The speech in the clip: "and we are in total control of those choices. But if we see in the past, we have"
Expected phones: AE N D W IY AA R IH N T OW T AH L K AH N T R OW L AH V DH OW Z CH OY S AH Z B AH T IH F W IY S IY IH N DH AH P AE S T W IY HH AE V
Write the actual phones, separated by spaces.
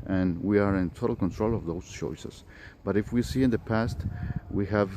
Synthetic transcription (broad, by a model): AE N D W IY AA R IH N T OW T AH L K AH N T R OW L AH V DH OW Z CH OY S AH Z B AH T IH F W IY S IY IH N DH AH P AE S T W IY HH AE V